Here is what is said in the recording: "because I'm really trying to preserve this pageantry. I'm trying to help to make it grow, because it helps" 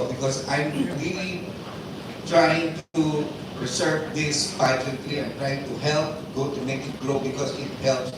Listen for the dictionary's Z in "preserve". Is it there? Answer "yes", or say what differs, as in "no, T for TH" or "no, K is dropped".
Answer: no, S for Z